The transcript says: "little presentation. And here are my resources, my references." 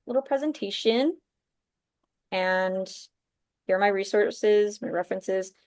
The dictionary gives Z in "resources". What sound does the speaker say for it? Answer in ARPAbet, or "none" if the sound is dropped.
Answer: Z